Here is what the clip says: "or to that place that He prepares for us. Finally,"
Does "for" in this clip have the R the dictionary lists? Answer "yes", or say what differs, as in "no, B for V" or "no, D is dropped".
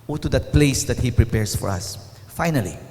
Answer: yes